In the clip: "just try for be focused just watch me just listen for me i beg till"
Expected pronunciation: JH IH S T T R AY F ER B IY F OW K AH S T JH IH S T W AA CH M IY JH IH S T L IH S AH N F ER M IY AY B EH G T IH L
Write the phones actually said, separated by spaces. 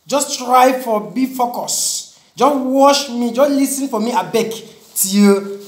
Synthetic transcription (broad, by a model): JH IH S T T R AY F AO B IY F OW K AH S JH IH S W AA SH M IY JH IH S L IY S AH N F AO M IY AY B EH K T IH